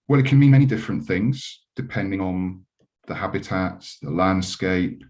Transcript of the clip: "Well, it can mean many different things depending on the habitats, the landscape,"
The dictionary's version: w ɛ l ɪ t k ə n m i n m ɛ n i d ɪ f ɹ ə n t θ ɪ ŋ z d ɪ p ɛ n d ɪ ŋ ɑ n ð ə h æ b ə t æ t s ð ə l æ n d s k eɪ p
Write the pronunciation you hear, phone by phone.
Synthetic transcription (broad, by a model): w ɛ l ɪ t k ə n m i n m ɛ n i d ɪ f ɹ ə n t θ ɪ ŋ z d ɪ p ɛ n d ɪ ŋ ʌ n ð ə h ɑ b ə t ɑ t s ð ə l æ n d s k eɪ p